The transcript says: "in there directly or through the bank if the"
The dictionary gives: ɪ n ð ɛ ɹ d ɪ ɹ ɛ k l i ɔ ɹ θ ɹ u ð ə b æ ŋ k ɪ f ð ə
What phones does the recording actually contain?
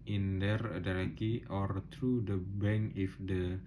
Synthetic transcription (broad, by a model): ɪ n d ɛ ɹ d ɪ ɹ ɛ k i ɔ ɹ t ɹ u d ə b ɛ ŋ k ɪ f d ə